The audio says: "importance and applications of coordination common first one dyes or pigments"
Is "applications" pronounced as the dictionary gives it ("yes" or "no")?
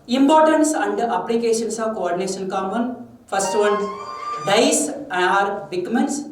no